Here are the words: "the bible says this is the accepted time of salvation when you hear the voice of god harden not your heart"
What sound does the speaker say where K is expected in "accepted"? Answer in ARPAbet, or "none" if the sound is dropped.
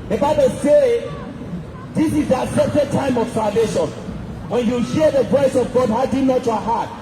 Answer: none